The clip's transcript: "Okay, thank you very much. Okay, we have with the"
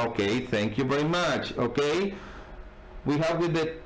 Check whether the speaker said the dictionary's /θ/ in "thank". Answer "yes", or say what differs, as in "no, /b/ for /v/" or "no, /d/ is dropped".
yes